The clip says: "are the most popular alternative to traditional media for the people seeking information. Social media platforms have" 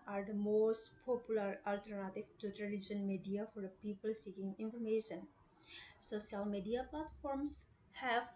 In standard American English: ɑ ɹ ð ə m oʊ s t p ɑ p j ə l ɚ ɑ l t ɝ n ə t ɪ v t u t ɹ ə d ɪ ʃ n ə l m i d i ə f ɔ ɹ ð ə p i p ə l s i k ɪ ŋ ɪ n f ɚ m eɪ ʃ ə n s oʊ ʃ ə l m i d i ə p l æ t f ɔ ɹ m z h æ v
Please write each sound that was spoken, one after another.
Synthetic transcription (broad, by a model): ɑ ɹ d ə m oʊ s t p ɑ p j ə l ɚ ɑ l t ɝ n ə t ɪ v t u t l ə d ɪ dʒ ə n m i d i ə f ɔ ɹ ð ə p i p ə l s i k ɪ ŋ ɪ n f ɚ m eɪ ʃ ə n s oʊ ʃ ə l m i d i ə p l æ t f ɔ ɹ m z h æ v